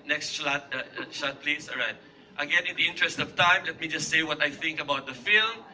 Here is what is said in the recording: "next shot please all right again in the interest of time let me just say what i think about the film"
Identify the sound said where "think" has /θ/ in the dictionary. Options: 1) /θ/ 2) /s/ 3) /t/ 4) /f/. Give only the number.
1